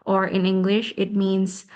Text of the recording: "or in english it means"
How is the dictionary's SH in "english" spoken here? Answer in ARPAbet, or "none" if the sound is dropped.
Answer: SH